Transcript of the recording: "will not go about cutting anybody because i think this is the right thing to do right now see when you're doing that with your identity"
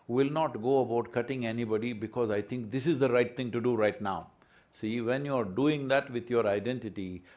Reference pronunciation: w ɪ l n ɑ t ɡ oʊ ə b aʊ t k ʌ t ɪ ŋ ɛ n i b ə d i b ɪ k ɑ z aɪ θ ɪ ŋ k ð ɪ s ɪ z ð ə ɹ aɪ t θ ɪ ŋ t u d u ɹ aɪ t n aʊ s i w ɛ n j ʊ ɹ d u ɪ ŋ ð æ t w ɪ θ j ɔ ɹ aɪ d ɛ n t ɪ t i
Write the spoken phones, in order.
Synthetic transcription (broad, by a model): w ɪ l n ɑ t ɡ oʊ ə b aʊ t k ʌ t ɪ ŋ ɛ n i b ə d i b ɪ k ɑ z aɪ t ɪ ŋ k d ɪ s ɪ z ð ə ɹ aɪ t t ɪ ŋ t u d u ɹ aɪ t n aʊ s i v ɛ n j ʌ ɹ d u ɪ ŋ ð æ t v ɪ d j ɔ ɹ aɪ d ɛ n t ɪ t i